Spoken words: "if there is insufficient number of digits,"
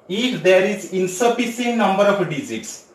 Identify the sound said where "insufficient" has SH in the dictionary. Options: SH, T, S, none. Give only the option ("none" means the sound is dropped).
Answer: S